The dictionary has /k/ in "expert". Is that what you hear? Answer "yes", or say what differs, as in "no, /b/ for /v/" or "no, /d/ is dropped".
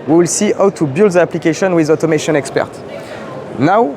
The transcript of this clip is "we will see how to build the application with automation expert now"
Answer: yes